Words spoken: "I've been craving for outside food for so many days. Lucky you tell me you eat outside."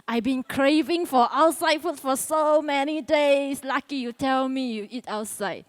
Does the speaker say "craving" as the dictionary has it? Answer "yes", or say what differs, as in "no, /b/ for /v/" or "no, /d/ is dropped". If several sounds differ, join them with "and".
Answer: yes